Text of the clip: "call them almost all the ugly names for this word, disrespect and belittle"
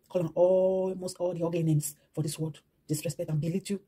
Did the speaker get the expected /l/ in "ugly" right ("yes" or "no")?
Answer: no